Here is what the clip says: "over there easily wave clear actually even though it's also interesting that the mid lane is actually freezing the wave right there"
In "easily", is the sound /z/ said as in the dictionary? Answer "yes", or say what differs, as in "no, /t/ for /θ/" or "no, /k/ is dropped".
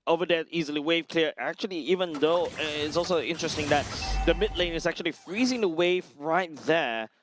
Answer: yes